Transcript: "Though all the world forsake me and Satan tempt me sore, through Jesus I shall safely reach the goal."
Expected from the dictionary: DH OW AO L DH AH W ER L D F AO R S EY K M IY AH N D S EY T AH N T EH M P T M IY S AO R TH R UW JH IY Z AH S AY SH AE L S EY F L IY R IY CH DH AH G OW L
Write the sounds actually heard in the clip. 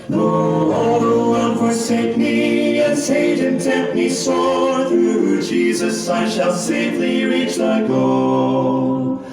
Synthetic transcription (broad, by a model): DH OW AO L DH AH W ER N F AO R S EY K M IY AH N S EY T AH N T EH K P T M IY S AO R TH R UW JH IY Z AH S AY SH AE L S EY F L IY R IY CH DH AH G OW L